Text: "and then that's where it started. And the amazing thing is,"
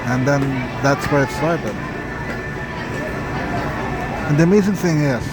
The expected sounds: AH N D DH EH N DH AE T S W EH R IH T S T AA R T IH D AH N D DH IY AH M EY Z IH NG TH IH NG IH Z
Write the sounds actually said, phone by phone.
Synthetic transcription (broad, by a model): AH N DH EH N DH AE T S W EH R IH T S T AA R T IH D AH N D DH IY AH M EY Z IH NG TH IH NG IH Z